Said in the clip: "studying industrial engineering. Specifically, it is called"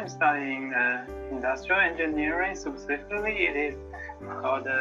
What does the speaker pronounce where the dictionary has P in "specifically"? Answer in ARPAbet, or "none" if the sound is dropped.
none